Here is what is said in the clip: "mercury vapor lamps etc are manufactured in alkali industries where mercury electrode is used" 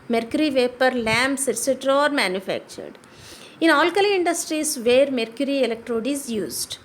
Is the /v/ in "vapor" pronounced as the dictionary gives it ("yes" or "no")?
yes